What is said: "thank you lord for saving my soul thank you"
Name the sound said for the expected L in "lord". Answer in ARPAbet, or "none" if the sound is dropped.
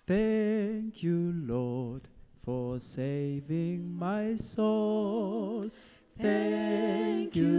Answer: L